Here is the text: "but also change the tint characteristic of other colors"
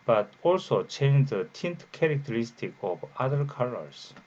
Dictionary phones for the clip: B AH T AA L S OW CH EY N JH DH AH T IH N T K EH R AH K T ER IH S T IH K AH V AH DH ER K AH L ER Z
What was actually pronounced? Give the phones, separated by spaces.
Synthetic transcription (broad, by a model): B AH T AA L S OW CH EY N JH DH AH T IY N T K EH R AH K T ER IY S T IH K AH B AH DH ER K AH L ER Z